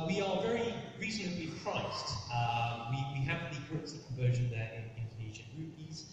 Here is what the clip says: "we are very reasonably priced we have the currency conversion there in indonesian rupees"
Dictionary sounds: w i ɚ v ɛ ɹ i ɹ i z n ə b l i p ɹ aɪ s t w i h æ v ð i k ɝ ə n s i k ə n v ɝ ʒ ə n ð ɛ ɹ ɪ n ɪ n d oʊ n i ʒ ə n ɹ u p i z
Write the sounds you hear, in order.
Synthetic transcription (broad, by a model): w i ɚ v ɛ ɹ i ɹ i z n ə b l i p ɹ aɪ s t w i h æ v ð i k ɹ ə s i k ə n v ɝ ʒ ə n ð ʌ ɹ ɪ n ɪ n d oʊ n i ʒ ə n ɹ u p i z